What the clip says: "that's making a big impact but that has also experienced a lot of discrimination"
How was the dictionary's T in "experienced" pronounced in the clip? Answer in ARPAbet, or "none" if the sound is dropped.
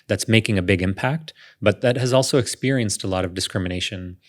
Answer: T